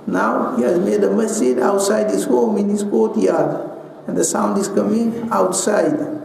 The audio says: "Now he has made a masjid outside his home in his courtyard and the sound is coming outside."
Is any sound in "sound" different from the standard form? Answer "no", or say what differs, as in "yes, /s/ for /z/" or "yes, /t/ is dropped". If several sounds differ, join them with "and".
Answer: no